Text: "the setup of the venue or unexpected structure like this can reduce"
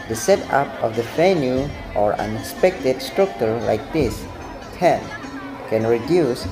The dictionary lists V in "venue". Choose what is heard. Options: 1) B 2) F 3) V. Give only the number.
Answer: 2